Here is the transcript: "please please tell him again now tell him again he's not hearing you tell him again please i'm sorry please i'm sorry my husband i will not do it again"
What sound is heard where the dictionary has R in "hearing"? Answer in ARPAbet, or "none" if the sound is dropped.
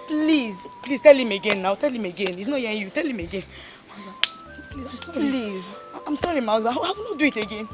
none